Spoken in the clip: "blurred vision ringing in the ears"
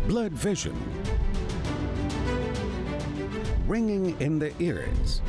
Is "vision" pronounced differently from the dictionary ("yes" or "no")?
no